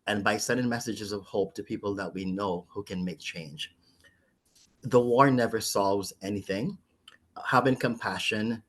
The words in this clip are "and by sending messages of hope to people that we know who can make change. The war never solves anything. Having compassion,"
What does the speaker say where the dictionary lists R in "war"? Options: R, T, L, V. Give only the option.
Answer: R